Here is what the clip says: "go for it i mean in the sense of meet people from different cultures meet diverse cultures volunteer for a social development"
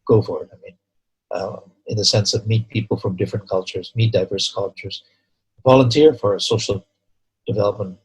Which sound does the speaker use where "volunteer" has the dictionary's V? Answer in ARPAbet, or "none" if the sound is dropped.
V